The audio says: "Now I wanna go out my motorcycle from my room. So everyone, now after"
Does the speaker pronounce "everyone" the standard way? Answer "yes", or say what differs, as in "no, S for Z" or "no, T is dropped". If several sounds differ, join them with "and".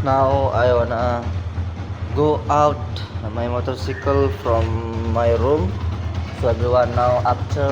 no, B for V